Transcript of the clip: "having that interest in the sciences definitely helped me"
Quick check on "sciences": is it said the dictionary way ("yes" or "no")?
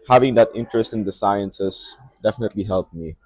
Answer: no